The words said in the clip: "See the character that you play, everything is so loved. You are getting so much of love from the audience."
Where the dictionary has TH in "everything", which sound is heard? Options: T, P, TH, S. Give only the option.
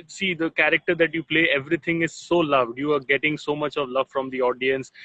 T